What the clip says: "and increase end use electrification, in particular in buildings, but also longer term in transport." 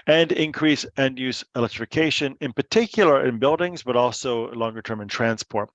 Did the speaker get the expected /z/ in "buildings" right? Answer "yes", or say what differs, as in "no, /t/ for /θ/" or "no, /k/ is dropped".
yes